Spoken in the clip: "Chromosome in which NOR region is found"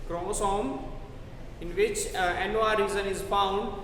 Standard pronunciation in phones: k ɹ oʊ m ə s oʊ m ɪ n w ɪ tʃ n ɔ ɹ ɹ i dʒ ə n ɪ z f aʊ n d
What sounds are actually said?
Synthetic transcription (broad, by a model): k ɹ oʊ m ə s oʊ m ɪ n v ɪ tʃ n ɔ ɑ ɹ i z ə n ɪ z f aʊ n d